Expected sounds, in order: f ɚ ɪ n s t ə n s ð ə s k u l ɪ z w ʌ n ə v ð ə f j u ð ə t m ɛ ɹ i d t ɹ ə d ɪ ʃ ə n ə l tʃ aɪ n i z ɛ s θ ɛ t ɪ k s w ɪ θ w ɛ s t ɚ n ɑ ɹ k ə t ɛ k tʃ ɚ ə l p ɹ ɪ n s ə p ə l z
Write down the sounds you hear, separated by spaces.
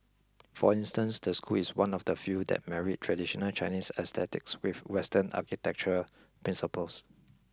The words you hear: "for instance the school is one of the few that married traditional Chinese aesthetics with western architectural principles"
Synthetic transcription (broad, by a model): f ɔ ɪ n s t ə n s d ə s k u l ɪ s w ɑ n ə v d ə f j u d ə t m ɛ ɹ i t t ɹ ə d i ʃ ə n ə l tʃ aɪ n i s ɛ s t ɛ t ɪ k s w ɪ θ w ɛ s t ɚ n ɑ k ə t ɛ k tʃ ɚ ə p ɹ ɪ n s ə p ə l s